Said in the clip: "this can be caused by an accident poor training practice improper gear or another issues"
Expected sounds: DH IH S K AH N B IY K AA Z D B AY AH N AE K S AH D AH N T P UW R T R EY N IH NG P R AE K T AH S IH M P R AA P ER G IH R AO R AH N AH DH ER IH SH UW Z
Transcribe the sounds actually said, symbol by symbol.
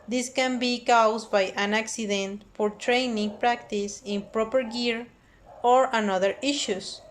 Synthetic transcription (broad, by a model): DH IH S K AH N B IY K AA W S B AY AH N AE K S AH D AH N T F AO R T R EY N IH NG P R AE K T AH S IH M P R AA P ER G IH R AO R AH N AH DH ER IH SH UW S